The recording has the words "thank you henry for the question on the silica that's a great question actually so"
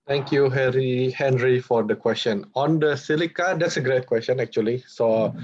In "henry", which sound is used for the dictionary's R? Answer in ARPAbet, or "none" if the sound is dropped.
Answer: R